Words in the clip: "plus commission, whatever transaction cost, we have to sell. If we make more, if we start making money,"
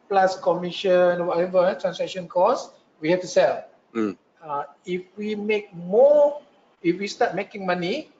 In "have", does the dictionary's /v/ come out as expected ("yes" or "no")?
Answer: no